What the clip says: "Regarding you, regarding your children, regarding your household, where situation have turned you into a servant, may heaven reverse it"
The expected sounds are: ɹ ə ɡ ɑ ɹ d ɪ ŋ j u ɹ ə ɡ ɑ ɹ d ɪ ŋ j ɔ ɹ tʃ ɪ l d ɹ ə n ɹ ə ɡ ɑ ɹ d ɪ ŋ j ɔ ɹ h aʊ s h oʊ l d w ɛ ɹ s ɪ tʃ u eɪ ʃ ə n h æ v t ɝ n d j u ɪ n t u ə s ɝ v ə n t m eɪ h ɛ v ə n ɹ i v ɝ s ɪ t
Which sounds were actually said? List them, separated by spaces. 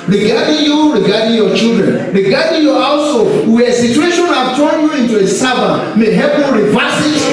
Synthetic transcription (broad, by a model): ɹ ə ɡ ɑ d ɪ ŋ j u ɹ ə ɡ ɑ d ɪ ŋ j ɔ tʃ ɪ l d ɹ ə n ɹ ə ɡ ɑ d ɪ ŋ j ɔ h aʊ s h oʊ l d w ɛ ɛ s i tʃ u eɪ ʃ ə n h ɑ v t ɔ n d j u ɪ n t u ə s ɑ b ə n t m eɪ h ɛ p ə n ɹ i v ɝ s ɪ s